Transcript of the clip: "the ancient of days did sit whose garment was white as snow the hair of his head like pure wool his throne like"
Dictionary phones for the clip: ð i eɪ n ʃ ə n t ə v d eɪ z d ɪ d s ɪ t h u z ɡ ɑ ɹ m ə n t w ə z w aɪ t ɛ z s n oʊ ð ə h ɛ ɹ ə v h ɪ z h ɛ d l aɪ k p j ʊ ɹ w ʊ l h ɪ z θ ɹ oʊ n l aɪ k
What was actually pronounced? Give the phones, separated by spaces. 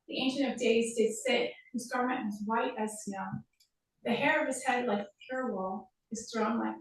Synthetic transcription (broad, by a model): ð i eɪ n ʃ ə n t ə v d eɪ z d ɪ d s ɪ t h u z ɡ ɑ ɹ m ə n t w ə z w aɪ t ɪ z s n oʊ ð ə h ɛ ɹ ə v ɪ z h ɛ d l aɪ k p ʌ ɹ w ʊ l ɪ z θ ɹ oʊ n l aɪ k